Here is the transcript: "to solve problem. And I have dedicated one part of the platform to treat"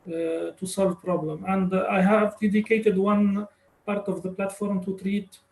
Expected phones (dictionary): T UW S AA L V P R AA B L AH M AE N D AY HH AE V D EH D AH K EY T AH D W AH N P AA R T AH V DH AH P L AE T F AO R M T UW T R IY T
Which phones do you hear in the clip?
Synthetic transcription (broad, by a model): T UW S AA L V P R AA B L AH M AE N D AY HH AE V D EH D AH K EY T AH D W AH N P AA R T AH V DH AH P L AE T F AO R M T UW T R IY T